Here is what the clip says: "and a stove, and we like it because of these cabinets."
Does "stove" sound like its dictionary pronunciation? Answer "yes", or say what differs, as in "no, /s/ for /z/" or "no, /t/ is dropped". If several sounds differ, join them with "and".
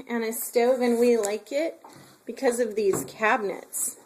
yes